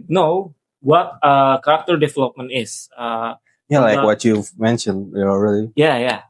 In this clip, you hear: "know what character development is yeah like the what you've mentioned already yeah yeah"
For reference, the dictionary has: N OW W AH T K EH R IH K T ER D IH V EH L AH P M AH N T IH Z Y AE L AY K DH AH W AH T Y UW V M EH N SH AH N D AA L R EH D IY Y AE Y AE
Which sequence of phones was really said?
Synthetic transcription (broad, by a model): N OW W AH T K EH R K T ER D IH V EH L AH P M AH N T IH S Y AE L AY K W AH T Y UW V M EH N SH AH N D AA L R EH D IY Y AE Y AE